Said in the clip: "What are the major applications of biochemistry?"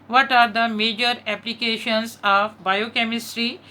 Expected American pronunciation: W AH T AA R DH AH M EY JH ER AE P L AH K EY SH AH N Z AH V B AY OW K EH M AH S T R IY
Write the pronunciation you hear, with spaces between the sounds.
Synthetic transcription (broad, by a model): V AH T AA R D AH M EY JH ER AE P L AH K EY SH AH N S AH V B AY OW K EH M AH S T R IY